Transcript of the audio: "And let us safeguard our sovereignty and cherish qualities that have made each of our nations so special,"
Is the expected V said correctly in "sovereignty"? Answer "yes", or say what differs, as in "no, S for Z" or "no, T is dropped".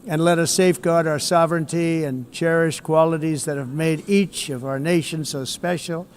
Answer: yes